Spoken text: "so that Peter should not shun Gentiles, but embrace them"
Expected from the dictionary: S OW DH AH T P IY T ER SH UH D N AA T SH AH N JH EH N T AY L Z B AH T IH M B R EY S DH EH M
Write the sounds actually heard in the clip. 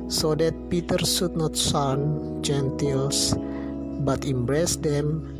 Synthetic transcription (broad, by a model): S OW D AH T P IY T ER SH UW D N AA T S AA N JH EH N T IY L S B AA T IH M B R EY S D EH M